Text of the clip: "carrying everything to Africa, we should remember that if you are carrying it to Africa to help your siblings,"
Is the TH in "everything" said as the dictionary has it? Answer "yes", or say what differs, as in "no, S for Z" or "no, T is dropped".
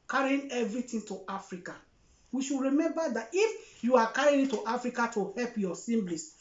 no, T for TH